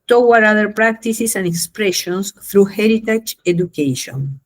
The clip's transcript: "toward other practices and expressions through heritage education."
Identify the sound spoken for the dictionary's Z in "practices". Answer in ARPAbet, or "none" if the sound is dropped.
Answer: S